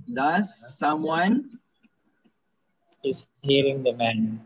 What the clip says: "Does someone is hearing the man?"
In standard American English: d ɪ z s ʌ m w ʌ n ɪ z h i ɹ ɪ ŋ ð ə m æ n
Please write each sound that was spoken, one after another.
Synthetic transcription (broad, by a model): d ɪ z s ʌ m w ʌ n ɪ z h i ɹ ɪ ŋ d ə m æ n